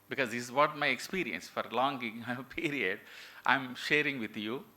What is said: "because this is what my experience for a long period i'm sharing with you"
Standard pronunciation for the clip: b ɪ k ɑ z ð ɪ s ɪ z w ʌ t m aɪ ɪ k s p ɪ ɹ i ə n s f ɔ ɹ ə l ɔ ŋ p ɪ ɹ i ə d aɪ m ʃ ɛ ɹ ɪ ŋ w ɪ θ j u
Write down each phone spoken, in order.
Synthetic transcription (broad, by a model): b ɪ k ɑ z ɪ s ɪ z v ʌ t m aɪ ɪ k s p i ɹ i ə n s f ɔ ɹ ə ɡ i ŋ p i ɹ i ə d aɪ m ʃ ɛ ɹ ɪ ŋ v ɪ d j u